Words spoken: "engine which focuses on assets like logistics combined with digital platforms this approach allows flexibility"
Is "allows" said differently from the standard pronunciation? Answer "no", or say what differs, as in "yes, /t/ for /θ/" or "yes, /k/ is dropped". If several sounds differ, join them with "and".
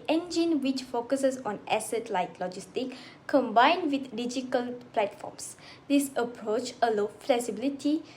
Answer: yes, /z/ is dropped